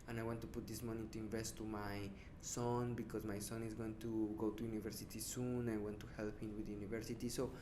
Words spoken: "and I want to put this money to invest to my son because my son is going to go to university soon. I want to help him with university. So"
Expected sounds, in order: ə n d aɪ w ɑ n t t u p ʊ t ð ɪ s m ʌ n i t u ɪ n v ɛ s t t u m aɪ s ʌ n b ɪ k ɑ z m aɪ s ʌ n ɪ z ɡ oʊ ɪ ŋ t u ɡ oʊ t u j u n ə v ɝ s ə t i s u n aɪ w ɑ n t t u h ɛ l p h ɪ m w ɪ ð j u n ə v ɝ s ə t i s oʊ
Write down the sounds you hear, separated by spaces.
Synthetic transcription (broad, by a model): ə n aɪ w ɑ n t t u p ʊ t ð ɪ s m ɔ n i t u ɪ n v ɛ s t t u m aɪ s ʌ n b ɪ k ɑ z m aɪ s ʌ n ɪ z ɡ oʊ ɪ ŋ t u ɡ oʊ t u j u n ə v ɝ s ə t i s u n aɪ w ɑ n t t u h ɛ l p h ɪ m w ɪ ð j u n ə v ɝ s ə t i s oʊ